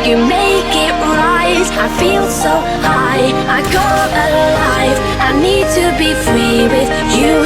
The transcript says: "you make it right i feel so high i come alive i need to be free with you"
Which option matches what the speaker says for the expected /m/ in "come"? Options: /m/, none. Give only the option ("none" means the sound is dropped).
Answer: none